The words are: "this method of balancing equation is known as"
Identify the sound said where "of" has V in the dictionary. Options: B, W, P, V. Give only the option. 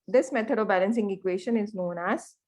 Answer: V